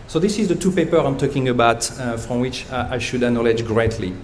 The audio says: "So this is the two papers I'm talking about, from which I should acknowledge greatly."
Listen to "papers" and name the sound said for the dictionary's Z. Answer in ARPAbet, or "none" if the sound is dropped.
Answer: none